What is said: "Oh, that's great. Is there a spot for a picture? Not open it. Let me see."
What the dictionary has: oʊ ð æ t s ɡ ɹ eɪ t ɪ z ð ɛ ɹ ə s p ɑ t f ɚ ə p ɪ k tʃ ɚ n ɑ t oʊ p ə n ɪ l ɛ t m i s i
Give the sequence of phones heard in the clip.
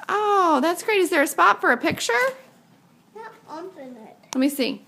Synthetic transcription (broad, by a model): oʊ ð æ t s ɡ ɹ eɪ t ɪ z ð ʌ ɹ ə s p ɑ t f ɚ ə p ɪ k tʃ ɚ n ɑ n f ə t l ɛ t m i s i